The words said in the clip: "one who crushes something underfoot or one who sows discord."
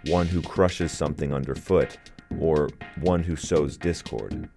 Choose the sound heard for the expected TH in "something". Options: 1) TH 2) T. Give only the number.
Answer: 1